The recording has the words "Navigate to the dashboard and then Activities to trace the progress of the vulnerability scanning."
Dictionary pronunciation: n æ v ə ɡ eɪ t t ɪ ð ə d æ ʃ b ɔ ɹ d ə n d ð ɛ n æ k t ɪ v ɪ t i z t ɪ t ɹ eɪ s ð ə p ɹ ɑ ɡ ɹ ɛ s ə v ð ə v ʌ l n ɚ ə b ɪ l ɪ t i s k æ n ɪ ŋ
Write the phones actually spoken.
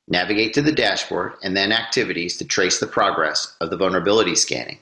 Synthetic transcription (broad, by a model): n æ v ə ɡ eɪ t t ɪ ð ə d æ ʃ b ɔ ɹ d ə n ð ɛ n æ k t ɪ v ɪ t i z t ɪ t ɹ eɪ s ð ə p ɹ ɑ ɡ ɹ ɛ s ə v ð ə v ʌ l n ɚ ə b ɪ l ɪ t i s k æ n ɪ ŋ